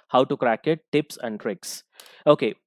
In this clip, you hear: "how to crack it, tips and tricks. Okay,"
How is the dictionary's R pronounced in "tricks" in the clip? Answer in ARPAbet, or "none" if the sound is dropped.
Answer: R